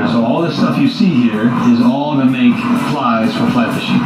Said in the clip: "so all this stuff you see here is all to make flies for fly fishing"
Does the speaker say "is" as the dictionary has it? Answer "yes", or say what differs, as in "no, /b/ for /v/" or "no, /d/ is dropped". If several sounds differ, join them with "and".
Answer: yes